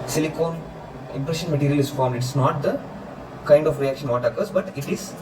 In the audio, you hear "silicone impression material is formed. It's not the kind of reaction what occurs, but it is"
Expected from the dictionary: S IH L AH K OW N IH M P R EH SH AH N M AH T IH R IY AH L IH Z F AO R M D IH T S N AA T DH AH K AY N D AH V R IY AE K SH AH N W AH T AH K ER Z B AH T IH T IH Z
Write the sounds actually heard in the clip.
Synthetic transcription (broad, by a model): S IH L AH K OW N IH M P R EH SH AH N M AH T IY R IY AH L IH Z F AO R M D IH T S N AA T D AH K AY N D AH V R IY AE K SH AH N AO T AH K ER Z B AH T IH T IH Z